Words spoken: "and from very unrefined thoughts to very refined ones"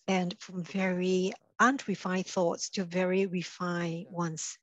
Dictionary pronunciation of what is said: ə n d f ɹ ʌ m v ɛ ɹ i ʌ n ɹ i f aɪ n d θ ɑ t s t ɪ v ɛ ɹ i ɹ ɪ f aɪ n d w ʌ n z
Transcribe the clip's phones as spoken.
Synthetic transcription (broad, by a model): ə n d f ɹ ʌ m v ɛ ɹ i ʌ n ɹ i f aɪ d θ ɑ t s t ɪ v ɛ ɹ i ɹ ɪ f aɪ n w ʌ n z